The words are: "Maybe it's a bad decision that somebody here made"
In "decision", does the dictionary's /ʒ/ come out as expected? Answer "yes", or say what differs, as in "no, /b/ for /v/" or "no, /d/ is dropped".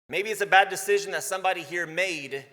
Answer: yes